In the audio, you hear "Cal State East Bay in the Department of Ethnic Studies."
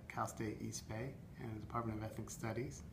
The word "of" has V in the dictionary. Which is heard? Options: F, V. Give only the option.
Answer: V